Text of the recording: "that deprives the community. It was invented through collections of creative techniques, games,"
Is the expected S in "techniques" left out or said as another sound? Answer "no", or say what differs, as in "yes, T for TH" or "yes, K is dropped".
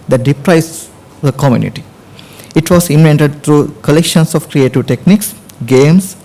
no